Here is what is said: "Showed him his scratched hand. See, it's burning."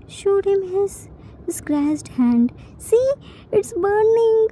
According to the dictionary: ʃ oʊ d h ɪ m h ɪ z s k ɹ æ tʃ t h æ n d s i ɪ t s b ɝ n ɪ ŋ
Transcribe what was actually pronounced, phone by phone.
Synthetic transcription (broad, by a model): ʃ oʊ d h ɪ m h ɪ z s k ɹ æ s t h æ n d s i ɪ t s b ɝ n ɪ ŋ